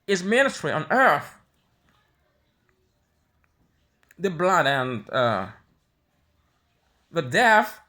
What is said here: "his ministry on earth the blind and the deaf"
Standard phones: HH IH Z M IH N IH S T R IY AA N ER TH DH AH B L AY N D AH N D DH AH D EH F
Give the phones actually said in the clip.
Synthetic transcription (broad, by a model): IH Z M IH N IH T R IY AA N ER TH DH AH B L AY D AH N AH DH AH D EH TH